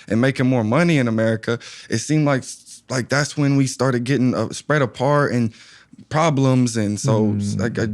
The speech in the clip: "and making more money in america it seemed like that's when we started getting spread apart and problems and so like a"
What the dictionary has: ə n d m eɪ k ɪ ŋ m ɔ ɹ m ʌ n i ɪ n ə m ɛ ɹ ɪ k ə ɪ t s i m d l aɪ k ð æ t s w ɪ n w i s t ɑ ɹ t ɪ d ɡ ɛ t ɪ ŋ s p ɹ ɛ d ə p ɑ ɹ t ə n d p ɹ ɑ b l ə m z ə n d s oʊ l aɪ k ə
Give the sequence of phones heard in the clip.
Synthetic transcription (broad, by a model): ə n m eɪ k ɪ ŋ m ɔ ɹ m ʌ n i ɪ n ə m ɛ ɹ ɪ k ə ɪ t s i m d l aɪ k ð æ t s w ɪ n w i s t ɑ ɹ t ɪ d ɡ ɛ t ɪ ŋ s p ɹ ɛ d ə p ɑ ɹ t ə n p ɹ ɑ b l ə m z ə n s oʊ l aɪ k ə